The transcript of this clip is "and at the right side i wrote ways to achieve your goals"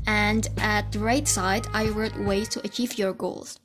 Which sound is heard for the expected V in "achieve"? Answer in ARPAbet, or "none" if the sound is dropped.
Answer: V